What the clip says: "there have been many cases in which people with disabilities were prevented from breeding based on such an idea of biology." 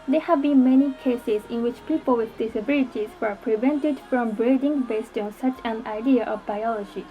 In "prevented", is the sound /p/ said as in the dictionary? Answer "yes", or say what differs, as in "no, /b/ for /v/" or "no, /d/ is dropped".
yes